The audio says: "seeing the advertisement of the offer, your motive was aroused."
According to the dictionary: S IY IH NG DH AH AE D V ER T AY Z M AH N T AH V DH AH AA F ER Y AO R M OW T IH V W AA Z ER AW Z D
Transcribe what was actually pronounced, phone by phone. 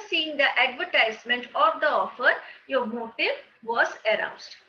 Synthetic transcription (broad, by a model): S IY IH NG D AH AE D V ER T AY Z M AH N T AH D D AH AA F ER Y AO R M OW T IH V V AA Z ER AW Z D